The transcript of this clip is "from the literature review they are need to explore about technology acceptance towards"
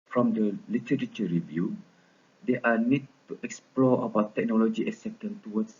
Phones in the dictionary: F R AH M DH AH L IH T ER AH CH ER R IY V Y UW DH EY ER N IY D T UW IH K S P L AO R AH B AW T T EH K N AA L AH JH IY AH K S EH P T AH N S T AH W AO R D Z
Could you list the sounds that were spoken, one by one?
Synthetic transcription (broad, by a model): F R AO M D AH L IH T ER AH CH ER R IY V Y UW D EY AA N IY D T UW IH K S P L AO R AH B AW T T EH K N AA L AH JH IY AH S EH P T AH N T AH W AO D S